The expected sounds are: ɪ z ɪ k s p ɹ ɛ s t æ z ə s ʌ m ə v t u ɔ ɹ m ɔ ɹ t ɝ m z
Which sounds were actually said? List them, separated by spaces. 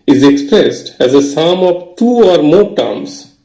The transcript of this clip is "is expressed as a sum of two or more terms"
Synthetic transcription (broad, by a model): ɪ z ɪ k s p ɹ ɛ s t æ z ə s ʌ m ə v t u ɔ ɹ m ɔ ɹ t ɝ m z